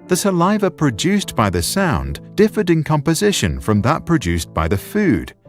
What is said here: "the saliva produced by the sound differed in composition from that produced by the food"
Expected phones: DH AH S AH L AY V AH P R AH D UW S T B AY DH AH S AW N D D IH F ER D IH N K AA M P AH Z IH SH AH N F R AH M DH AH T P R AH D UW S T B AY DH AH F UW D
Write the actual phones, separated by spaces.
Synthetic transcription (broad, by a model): DH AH S AH L AY V AH P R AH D UW S B AY DH AH S AW N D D IH F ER D IH N K AA M P AH Z IH SH AH N F R AH M DH AH T P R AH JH UW S B AY DH AH F UW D